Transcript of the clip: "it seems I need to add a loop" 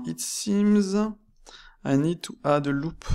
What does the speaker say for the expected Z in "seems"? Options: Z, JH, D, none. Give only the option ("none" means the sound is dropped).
Z